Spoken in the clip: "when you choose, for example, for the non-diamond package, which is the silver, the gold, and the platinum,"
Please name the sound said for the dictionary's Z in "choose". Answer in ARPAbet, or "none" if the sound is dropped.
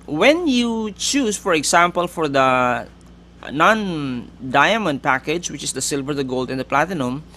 S